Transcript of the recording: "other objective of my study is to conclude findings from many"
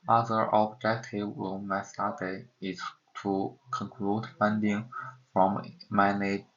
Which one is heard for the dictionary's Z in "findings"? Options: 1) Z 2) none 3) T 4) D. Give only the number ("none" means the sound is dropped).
2